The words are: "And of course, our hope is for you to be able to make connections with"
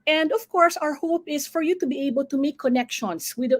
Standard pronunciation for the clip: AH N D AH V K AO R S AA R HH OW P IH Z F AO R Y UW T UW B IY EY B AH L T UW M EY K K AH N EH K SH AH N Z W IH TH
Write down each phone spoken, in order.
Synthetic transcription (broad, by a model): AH N D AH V K AO R S AA R HH OW P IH S F AO R Y UW T UW B IY EY B AH L T UW M EY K K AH N EH K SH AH N S W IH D